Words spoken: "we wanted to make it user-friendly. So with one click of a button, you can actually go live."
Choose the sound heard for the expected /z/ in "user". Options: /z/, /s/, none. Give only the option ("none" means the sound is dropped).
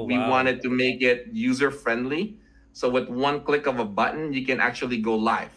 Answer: /z/